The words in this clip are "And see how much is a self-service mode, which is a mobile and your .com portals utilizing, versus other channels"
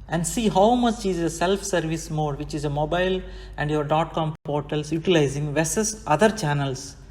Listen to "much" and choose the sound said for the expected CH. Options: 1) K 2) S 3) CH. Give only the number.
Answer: 2